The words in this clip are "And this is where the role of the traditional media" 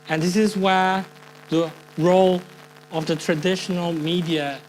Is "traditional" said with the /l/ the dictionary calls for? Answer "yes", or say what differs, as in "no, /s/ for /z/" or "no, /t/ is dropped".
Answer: yes